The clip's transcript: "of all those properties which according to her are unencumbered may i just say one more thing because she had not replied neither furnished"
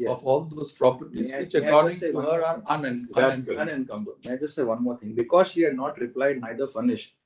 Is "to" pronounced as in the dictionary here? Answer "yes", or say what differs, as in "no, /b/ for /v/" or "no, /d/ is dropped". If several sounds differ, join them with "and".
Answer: no, /s/ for /t/